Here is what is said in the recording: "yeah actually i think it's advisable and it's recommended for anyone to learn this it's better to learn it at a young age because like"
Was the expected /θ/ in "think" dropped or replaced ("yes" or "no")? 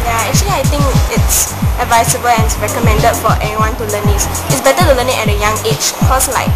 yes